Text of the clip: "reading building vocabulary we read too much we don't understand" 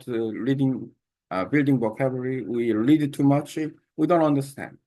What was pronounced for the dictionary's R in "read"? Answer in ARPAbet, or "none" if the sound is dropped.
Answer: L